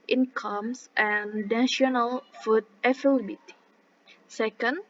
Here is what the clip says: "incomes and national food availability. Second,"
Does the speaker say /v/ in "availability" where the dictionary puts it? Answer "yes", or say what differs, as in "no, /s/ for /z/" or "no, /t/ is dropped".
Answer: no, /f/ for /v/